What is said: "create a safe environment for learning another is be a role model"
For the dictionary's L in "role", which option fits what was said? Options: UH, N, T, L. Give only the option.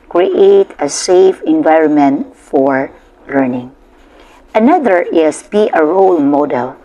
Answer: L